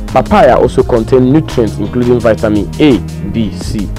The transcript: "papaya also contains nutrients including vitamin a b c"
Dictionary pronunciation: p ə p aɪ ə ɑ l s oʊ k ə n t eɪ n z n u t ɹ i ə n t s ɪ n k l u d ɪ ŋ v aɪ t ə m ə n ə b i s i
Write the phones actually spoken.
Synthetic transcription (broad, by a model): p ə p aɪ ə ɑ l s oʊ k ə n t eɪ n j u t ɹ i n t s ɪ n k l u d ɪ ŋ v aɪ t ə m ə n ə b i s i